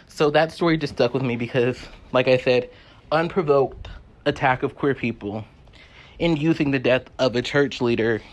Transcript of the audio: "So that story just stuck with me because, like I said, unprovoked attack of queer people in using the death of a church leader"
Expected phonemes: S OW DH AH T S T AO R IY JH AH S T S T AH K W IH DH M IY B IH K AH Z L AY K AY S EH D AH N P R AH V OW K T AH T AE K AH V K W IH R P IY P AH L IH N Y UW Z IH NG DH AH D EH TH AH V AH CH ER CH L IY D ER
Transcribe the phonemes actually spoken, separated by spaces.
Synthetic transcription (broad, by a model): S OW DH AH T S T AO R IY JH AH S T S T AH K W IH DH M IY B IH K AH Z L AY K AY S EH D AH N P R AH V OW K T AH T AE K AH V K W IH R P IY P L IH N Y UW Z IH NG DH AH D EH TH AH V AH CH ER CH L IY D ER